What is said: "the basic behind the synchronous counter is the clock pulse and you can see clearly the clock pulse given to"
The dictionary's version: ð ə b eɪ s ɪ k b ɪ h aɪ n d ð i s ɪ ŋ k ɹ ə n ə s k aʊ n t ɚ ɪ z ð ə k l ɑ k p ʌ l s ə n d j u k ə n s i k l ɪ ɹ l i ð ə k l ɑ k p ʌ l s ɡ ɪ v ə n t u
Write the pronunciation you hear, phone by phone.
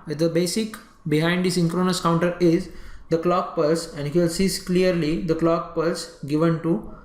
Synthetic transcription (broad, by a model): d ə b eɪ s ɪ k b ɪ h aɪ n d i s ɪ ŋ k ɹ ə n ə s k aʊ n t ɚ ɪ z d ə k l ɑ k p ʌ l s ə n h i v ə l s i k l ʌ ɹ l i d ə k l ɑ k p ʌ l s ɡ ɪ v ə n t u